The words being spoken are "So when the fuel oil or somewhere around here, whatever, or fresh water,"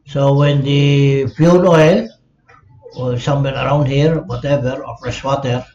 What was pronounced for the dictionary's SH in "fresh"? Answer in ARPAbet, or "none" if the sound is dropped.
S